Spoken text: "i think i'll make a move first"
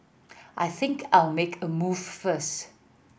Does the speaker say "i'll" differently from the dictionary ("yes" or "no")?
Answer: no